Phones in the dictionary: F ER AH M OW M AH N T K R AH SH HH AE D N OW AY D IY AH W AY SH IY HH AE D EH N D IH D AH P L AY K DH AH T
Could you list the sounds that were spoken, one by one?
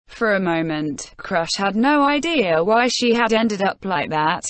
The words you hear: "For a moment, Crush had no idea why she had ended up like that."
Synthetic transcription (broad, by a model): F ER AH M OW M AH N T K R AH SH HH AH D N OW AY D IY AH W AY SH IY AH D EH N D IH D AH P L AY K DH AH T